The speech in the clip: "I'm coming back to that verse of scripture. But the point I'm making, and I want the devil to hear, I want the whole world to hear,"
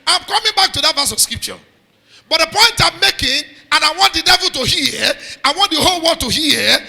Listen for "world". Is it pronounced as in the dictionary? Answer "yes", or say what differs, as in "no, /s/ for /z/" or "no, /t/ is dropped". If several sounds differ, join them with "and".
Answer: no, /l/ is dropped